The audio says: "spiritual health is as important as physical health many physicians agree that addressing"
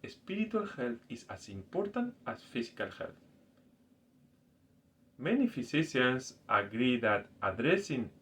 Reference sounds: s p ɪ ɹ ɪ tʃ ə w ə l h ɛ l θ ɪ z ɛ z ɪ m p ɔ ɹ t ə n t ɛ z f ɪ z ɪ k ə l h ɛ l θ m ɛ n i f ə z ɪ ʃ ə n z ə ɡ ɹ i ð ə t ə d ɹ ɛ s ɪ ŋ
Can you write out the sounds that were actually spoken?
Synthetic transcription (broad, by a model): s p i ɹ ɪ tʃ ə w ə l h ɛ l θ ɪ s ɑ s ɪ m p ɔ ɹ t ə n t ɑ s f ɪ s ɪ k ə l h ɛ l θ m ɛ n i f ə s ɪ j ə n s ə ɡ ɹ i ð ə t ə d ɹ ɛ s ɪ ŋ